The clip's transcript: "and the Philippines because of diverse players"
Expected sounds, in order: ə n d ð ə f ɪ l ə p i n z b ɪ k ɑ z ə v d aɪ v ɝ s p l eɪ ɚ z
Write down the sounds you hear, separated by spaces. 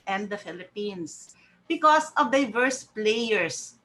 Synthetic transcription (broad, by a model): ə n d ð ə f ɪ l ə p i n s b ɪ k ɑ s ə v d aɪ v ɝ s p l eɪ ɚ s